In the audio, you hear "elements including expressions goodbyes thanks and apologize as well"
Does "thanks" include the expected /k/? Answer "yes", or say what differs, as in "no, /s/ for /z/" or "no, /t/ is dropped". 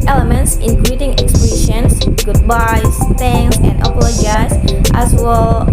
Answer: no, /k/ is dropped